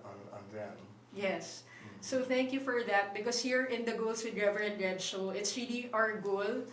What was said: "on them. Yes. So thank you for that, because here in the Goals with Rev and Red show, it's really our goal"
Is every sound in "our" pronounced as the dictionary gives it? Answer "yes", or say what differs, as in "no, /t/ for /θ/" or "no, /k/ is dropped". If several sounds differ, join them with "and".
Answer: yes